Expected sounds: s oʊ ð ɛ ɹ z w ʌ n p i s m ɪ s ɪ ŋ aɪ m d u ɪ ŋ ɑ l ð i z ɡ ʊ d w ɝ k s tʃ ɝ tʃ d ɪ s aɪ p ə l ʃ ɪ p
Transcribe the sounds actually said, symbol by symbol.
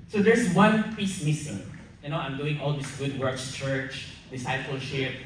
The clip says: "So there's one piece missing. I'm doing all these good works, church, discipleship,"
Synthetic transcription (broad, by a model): s oʊ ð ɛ ɹ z w ʌ n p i s m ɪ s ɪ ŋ aɪ m d u ɪ ŋ ɑ l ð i s ɡ ʊ d w ɝ k s tʃ ɝ tʃ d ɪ s aɪ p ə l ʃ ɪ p